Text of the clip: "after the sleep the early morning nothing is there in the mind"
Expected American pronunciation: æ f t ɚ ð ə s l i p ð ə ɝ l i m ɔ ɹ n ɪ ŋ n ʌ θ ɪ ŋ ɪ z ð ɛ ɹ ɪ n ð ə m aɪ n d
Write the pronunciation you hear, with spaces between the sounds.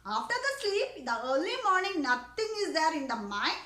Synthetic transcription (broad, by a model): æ f t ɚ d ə s l i p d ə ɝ l i m ɔ ɹ n ɪ ŋ n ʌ t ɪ ŋ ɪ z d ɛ ɹ ɪ n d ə m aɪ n